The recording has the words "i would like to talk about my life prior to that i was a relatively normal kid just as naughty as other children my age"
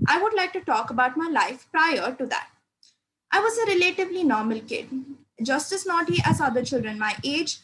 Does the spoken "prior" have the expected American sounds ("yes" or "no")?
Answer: yes